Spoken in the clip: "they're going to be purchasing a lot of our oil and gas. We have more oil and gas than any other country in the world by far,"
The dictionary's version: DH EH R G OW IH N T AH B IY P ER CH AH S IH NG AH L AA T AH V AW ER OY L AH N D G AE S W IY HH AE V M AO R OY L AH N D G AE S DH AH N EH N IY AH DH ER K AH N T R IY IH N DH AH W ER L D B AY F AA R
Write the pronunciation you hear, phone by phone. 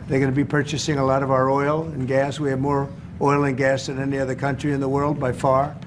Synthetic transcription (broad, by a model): DH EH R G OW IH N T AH B IY P ER CH AH S IH NG AH L AA T AH V AW ER OY L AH N G AE S W IY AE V M AO R OY L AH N G AE S DH AH N EH N IY AH DH ER K AH N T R IY IH N DH AH W ER L D B AY F AA R